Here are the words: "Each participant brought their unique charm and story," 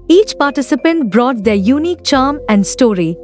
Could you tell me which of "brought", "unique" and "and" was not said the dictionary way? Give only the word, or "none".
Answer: none